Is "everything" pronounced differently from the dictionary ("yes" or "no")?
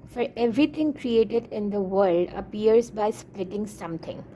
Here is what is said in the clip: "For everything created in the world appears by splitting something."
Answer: yes